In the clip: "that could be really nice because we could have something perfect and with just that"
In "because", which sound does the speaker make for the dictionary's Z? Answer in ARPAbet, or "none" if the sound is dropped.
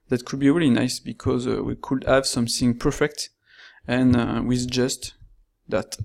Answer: Z